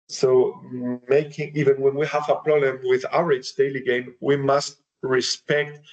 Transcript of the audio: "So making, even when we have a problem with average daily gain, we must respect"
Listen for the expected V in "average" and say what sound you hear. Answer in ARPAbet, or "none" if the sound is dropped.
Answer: none